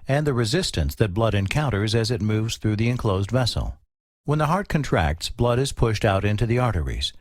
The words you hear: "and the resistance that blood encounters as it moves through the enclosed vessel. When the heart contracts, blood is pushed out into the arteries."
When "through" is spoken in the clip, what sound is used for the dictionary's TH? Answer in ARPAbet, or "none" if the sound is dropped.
TH